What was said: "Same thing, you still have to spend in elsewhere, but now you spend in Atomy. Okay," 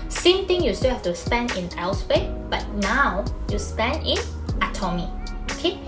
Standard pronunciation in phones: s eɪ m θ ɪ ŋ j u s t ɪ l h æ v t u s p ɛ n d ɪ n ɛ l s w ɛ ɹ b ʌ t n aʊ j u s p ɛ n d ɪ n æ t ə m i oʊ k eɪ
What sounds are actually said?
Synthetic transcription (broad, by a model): s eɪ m t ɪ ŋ j u s t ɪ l h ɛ f t u s p ɛ n d ɪ n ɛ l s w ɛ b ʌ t n aʊ j u s p ɛ n d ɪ n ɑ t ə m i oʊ k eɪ